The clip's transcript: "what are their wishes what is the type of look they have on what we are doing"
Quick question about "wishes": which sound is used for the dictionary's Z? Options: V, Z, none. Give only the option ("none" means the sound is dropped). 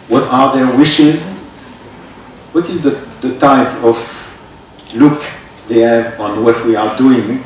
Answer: Z